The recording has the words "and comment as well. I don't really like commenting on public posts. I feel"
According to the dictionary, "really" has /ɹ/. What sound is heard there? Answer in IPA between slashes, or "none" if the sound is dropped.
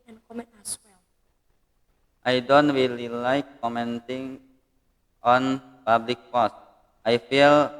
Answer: /w/